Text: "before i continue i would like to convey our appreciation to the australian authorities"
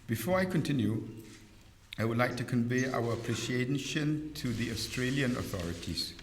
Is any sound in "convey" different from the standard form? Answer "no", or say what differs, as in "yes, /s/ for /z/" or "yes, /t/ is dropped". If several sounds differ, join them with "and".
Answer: no